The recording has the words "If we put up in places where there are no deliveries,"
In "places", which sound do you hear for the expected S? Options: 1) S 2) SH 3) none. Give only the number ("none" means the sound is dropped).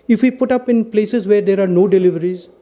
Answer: 1